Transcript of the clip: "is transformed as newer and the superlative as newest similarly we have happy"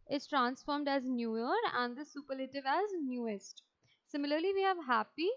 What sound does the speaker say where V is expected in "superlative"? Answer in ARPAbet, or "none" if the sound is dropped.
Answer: V